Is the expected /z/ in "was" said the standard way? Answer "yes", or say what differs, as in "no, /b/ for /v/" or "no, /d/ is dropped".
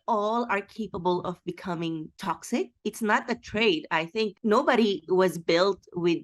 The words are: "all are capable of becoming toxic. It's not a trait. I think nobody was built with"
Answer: yes